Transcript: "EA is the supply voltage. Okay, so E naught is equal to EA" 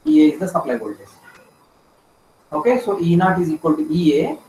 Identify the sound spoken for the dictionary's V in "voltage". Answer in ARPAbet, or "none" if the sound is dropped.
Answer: B